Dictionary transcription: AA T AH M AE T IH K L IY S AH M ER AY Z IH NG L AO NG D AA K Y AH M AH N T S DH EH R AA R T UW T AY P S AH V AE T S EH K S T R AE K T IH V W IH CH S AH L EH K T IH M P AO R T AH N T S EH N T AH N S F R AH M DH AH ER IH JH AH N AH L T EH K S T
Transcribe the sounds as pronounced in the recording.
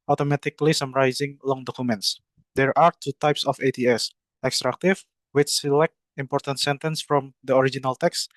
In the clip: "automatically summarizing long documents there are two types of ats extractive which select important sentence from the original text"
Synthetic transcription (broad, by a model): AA T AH M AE T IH K L IY S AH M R AY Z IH NG L AO NG D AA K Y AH M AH N T S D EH R AA R T UW T AY P S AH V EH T S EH K S T R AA K T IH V W IH CH S AH L EH K T IH M P AO R T AH N T S EH N T AH N S F R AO M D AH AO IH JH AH N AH L T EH K S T